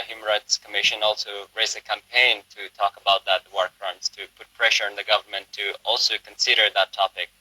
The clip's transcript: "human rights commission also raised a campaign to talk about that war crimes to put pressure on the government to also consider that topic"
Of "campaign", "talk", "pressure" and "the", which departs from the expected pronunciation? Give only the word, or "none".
none